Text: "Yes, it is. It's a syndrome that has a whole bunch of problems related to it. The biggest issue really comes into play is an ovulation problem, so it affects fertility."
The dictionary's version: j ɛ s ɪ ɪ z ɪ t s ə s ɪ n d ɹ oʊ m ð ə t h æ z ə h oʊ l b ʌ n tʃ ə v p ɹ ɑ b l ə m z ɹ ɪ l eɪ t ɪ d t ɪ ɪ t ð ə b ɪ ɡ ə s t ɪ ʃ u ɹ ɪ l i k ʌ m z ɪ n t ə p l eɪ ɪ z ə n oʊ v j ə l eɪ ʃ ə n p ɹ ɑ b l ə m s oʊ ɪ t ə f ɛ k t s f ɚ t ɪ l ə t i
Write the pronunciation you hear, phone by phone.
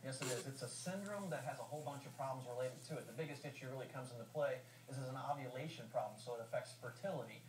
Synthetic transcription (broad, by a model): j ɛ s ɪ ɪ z ɪ t s ə s ɪ n d ɹ oʊ m ð ə t h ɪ z ə h oʊ l b ʌ n tʃ ə v p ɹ ɑ b l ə m z ɹ ɪ l eɪ t ɪ d t ɪ ɪ t ð ə b ɪ ɡ ə s t ɪ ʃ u ɹ ɪ l i k ʌ m z ɪ n t ə p l eɪ ɪ z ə n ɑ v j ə l eɪ ʃ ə n p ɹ ɑ b l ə m s oʊ ɪ t ə f ɛ k t s f ɚ t ɪ l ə t i